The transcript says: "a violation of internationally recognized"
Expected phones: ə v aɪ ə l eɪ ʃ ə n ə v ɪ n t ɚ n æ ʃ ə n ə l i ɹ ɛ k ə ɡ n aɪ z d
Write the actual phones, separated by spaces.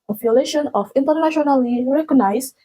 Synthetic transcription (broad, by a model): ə f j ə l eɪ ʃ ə n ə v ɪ n t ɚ n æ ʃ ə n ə l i ɹ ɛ k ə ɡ n aɪ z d